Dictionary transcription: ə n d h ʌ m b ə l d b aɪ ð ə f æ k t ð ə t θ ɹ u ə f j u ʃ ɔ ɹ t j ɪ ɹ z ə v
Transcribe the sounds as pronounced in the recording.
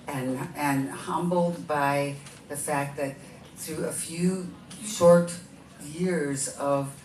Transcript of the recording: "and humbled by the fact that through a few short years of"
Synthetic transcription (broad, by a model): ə n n h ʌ m b l d b aɪ ð ə f æ k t ð ə t θ ɹ u ə f j u ʃ ɔ ɹ t j ɪ ɹ z ə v